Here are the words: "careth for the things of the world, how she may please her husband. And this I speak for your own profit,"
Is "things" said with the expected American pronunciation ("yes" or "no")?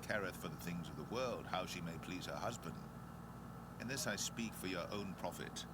yes